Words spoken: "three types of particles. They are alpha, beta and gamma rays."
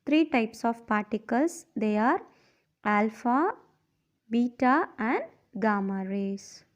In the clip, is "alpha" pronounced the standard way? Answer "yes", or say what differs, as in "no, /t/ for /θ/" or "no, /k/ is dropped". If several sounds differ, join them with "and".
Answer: yes